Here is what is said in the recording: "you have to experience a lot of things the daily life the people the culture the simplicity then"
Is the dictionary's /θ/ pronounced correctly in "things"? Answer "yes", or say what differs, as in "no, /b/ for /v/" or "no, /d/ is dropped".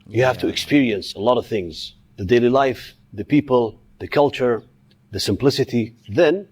yes